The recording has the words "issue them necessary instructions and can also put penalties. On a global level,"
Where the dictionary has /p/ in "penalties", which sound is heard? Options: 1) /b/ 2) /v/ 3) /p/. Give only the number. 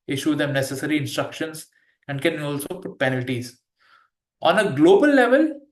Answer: 3